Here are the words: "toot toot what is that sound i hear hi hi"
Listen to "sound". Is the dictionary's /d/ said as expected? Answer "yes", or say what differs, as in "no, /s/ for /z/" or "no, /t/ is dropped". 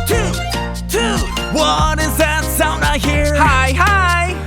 no, /d/ is dropped